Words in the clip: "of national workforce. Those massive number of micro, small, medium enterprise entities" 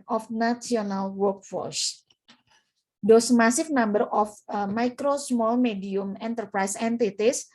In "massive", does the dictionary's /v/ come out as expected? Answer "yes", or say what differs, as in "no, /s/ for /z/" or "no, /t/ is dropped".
no, /f/ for /v/